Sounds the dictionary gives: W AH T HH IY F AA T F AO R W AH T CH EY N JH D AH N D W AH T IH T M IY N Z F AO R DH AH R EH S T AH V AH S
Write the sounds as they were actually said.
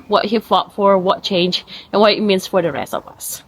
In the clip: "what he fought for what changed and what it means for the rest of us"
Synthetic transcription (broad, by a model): W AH T HH IY F AA T F AO R W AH T CH EY N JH AH N W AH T IH T M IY N S F AO R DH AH R EH S T AH V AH S